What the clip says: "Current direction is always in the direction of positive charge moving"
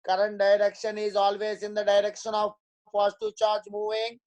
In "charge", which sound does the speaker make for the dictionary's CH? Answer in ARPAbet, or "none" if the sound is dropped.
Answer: CH